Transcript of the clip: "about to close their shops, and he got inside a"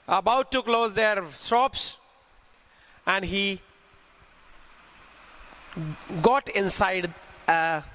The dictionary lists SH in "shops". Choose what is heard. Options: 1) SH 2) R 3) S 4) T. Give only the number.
3